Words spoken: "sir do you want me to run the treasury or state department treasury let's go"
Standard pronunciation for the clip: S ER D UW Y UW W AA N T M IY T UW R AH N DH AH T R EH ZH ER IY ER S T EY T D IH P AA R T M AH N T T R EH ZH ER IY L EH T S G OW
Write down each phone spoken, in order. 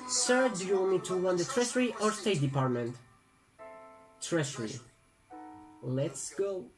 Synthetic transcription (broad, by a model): S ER D UW Y UW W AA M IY T UW W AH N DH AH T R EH S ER IY ER S T EY T D IH P AA R T M AH N T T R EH SH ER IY L EH T S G OW